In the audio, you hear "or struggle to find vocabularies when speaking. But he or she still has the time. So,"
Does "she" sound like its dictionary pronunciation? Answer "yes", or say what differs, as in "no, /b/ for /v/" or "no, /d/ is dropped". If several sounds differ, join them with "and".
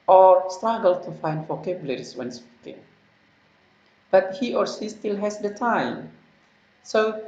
no, /s/ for /ʃ/